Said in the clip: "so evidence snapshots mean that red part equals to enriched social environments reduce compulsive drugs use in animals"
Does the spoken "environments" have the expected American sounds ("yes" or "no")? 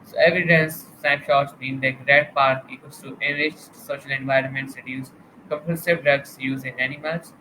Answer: yes